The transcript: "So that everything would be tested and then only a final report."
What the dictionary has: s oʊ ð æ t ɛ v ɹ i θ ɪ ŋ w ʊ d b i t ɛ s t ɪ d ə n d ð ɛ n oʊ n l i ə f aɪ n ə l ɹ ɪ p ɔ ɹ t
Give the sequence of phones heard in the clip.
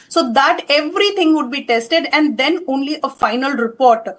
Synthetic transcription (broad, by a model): s oʊ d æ t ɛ v ɹ i t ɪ ŋ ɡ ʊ d b i t ɛ s t ɪ d ə n d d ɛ n oʊ n l i ə f aɪ n ə l ɹ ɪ p ɔ ɹ t